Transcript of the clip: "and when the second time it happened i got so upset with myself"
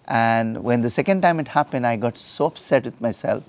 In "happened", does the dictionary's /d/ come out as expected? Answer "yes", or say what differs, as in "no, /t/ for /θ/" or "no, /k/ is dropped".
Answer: yes